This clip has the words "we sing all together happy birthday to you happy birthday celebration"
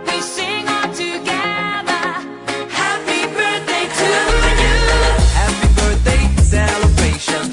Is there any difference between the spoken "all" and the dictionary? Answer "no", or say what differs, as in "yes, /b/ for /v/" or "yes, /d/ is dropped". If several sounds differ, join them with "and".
yes, /n/ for /l/